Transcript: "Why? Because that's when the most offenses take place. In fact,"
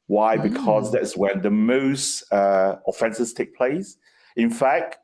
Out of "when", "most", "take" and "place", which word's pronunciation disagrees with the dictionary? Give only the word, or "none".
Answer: none